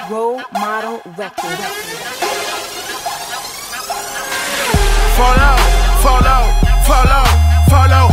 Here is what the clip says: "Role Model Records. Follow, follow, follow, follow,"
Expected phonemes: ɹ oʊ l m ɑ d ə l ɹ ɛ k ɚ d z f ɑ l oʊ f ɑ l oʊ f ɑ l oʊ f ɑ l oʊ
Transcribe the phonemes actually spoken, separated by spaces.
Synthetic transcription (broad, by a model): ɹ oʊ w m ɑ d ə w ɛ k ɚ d f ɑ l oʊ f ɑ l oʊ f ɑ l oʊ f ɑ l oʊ